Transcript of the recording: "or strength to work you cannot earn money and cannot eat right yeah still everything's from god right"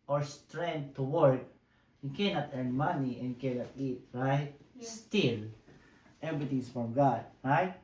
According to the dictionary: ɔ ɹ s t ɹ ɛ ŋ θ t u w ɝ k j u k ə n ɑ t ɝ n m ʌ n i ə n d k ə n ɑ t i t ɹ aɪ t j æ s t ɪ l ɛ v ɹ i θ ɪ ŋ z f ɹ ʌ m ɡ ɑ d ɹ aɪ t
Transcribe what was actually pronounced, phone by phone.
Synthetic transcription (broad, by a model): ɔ ɹ s t ɹ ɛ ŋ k t u w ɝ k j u k ə n ɑ t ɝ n m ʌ n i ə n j k ə n ɑ t i t ɹ aɪ t s t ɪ l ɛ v ɹ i t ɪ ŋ s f ɹ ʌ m ɡ ɑ d ɹ aɪ t